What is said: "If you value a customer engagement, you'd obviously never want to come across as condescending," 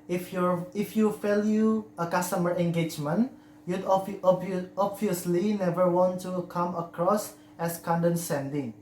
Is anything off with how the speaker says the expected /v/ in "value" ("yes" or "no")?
yes